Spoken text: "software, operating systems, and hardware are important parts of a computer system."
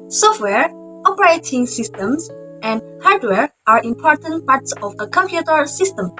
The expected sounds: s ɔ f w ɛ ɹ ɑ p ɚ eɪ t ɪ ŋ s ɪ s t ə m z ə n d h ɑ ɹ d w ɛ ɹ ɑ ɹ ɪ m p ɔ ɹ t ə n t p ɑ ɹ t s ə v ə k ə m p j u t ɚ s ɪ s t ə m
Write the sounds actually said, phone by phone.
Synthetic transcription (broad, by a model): s ɔ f w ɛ ɹ ɑ p ɚ eɪ t ɪ ŋ s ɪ s t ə m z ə n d h ɑ ɹ d w ɛ ɹ ɑ ɹ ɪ m p ɔ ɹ t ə n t p ɑ ɹ t s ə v ə k ə m p j u t ɚ s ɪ s t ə m